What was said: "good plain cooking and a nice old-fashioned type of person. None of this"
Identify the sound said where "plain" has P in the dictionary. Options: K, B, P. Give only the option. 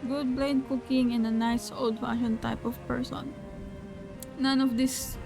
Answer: B